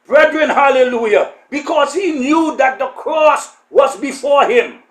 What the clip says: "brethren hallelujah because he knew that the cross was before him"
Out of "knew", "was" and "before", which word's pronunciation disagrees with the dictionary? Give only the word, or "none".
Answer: none